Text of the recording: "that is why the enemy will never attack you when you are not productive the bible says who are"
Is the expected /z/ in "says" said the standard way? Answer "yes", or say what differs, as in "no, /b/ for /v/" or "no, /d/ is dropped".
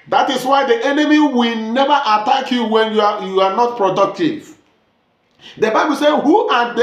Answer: no, /z/ is dropped